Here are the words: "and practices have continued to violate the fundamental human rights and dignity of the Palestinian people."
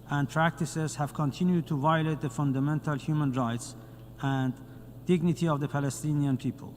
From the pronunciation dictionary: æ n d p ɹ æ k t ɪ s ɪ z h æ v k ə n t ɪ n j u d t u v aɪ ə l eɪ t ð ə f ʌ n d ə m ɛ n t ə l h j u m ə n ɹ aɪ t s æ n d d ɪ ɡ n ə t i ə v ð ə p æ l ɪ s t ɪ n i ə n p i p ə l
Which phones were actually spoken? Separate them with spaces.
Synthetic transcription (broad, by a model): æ n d p ɹ æ k t ɪ s ɪ z h æ v k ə n t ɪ n j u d t u v aɪ ə l eɪ t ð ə f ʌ n d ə m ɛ n t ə l h j u m ə n ɹ aɪ t s æ n d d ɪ ɡ n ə t i ə v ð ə p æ l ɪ s t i n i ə n p i p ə l